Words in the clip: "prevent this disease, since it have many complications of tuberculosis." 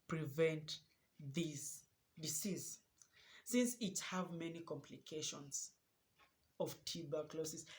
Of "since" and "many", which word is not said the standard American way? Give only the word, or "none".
none